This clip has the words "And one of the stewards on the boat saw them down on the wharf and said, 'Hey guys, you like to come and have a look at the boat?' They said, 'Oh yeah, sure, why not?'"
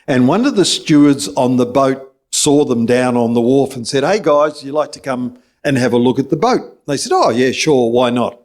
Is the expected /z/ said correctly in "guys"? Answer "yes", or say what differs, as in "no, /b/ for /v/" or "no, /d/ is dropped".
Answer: yes